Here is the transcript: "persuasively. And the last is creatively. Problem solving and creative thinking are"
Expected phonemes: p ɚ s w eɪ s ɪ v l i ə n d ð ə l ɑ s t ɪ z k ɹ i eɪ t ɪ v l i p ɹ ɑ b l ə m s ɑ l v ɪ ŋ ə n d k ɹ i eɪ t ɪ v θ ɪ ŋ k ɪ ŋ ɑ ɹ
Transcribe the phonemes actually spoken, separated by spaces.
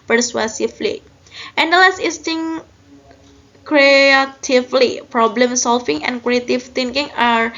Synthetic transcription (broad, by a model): p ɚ s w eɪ s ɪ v l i ə n d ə l ɑ s t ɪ s k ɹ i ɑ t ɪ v l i p ɹ ɑ b l ə m s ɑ l f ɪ ŋ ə n k ɹ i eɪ t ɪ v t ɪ ŋ k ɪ ŋ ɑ ɹ